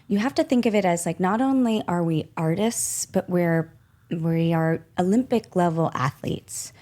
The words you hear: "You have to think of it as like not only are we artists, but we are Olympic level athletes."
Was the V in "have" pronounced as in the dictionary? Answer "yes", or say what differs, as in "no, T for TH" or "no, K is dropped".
no, F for V